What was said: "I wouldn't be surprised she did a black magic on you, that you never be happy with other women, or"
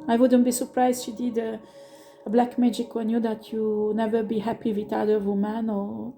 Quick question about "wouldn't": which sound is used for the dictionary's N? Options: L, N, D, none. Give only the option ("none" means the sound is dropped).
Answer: N